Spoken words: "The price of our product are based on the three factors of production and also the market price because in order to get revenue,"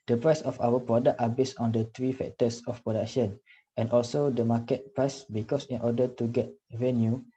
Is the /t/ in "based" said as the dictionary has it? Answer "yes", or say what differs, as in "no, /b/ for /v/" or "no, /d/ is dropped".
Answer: no, /t/ is dropped